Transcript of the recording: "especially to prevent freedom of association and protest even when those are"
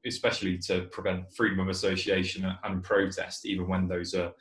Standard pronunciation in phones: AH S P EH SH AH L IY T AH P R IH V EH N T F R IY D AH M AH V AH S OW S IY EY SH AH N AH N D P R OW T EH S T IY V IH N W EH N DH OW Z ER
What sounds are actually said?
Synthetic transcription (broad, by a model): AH S P EH SH AH L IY T AH P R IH V EH N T F R IY D AH M AH V AH S OW S IY EY SH AH N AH N P R OW T EH S T IY V IH N W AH N DH OW Z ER